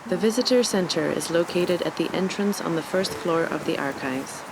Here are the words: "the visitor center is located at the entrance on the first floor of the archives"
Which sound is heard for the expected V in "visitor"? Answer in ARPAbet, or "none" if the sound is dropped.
V